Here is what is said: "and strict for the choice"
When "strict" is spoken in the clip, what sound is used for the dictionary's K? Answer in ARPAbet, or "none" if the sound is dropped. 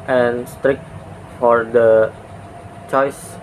K